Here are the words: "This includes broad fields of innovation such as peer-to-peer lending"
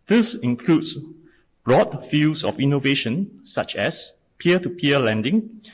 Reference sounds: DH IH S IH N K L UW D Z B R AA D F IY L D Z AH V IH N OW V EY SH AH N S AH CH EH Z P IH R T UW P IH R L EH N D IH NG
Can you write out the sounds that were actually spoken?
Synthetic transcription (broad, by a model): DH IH S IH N K L UW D S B R AA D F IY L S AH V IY N OW V EY SH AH N S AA CH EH S P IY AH T UW P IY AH L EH N D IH NG